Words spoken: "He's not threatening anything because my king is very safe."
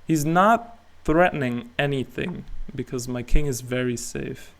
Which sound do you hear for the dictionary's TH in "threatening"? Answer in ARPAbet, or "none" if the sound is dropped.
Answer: TH